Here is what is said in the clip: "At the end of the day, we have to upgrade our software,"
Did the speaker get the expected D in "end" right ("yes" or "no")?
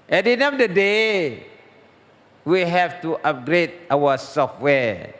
no